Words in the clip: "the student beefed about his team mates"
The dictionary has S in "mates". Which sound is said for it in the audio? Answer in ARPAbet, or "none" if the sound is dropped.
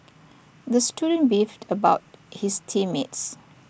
S